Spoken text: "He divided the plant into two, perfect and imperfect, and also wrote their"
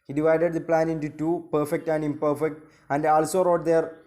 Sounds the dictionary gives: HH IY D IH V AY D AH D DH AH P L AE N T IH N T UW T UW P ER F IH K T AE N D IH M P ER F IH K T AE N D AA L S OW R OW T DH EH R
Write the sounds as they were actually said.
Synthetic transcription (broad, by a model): HH IY D IH V AY D AH D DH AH P L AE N IH N T UW T UW P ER F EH K T AE N D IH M P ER F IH K T AE N D AA L S OW R OW T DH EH R